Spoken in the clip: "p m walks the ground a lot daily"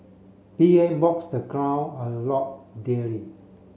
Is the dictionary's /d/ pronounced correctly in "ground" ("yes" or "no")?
no